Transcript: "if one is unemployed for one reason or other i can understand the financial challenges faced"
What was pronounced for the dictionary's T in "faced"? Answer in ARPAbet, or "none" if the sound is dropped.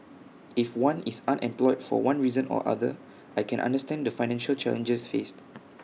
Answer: T